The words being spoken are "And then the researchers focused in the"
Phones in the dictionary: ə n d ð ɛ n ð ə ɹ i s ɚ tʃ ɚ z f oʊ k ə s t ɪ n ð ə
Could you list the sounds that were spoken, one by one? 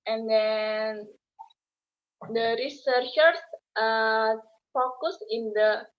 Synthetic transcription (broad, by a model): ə n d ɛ n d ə ɹ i s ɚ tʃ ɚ s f oʊ k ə s ɪ n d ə